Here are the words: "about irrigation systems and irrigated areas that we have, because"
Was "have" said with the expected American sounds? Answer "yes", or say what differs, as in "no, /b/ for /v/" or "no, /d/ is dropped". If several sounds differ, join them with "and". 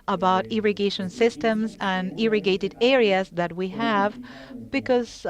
yes